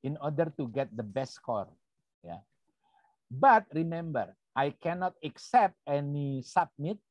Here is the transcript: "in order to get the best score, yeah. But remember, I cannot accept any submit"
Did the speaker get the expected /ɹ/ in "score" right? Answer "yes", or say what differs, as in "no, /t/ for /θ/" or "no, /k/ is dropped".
yes